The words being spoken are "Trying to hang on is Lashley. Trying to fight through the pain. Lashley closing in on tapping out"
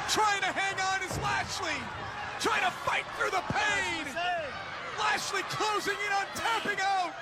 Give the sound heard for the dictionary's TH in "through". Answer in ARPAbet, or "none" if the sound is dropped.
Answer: TH